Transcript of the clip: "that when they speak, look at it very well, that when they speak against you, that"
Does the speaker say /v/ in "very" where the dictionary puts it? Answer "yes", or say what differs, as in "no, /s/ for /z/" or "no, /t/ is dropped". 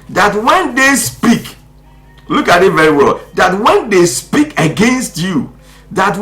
yes